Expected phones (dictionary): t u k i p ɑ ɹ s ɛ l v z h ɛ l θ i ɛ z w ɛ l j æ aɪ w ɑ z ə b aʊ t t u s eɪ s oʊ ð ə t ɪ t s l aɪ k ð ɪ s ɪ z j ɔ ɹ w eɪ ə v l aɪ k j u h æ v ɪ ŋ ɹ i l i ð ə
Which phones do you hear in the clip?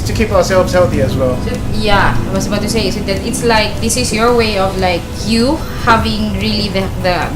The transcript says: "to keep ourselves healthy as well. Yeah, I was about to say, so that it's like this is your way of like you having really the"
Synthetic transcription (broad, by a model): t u k i p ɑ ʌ s ɛ l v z h ɛ l θ i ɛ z w ɛ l j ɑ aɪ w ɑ s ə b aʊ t t u s eɪ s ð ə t ɪ t s l aɪ k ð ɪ s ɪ s j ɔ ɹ w eɪ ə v l aɪ k j u h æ v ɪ ŋ ɹ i l i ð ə